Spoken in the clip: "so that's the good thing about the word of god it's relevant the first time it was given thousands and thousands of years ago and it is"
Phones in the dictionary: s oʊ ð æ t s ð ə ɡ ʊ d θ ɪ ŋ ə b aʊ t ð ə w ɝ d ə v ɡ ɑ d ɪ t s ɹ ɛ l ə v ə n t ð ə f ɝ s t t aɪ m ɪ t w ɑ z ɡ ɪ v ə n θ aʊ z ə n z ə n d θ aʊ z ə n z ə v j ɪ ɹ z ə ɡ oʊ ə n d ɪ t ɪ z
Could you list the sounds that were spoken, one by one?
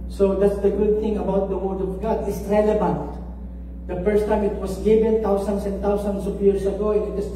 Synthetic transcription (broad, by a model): s oʊ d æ t s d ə ɡ ʊ d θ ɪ ŋ ə b aʊ t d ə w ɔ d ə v ɡ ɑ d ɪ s ɹ ɛ l ə v ə n t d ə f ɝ s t t aɪ m ɪ t w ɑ s ɡ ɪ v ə n t aʊ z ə n s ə n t aʊ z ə n s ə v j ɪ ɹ s ə ɡ oʊ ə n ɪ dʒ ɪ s